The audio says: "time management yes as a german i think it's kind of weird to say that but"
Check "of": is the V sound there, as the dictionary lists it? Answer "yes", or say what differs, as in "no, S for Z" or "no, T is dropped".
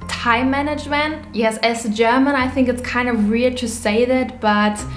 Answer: yes